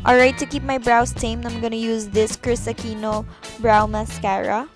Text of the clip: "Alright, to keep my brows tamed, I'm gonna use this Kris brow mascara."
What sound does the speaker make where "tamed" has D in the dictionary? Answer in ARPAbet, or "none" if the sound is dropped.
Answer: none